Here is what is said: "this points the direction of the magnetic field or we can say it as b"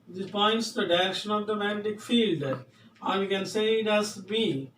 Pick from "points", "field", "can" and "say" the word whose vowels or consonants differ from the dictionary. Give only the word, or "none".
none